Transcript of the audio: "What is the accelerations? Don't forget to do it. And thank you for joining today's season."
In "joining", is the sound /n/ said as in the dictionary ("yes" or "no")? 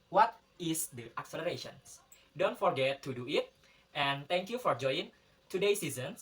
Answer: no